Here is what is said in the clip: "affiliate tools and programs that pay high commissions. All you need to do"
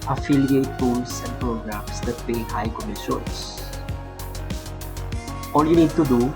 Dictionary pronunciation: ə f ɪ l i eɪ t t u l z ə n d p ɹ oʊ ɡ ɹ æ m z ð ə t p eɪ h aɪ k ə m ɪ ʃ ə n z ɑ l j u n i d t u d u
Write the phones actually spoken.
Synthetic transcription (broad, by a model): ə f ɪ l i eɪ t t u l s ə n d p ɹ oʊ ɡ ɹ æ m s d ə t p eɪ h aɪ k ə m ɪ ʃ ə n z ɑ l j u n i d t u d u